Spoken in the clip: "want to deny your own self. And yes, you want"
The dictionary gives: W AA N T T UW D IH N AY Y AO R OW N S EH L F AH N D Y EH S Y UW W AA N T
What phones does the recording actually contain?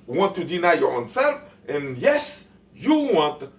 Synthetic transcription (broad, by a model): W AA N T T UW D IH N AY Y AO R OW N S EH L F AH N Y EH S Y UW W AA N T